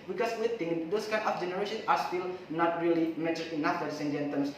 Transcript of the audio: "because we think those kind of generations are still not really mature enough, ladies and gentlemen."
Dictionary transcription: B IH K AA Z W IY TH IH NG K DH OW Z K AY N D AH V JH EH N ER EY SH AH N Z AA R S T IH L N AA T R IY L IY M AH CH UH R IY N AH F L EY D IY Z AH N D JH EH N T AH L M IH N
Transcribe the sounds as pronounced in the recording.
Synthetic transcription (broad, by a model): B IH K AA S W IY T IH NG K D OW S K AY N AH F JH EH N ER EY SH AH N S AA R S T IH L N AA T R IY L IY M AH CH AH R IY N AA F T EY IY S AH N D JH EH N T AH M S